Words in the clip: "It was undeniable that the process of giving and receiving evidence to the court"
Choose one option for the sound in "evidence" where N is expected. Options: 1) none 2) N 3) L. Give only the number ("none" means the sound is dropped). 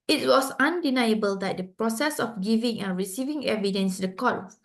2